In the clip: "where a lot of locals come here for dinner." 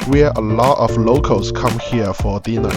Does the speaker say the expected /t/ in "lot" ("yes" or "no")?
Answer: yes